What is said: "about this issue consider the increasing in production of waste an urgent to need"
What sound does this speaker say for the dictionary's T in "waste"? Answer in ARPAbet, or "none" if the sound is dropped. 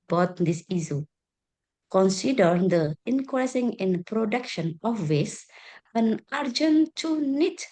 none